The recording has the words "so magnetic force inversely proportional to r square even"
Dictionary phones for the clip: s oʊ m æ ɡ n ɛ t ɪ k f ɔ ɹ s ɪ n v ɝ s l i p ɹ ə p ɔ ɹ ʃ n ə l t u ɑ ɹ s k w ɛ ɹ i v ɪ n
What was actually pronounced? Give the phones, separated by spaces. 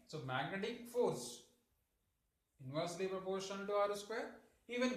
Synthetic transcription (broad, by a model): s oʊ m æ ɡ n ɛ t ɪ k f ɔ ɹ s ɪ n v ɝ s l i p ɹ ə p ɔ ɹ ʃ ə n t u ɑ ɹ s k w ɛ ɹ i v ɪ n